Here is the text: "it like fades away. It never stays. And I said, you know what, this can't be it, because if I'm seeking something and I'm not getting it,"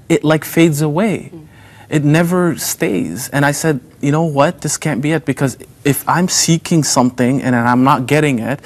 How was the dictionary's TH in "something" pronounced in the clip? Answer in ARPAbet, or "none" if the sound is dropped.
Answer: TH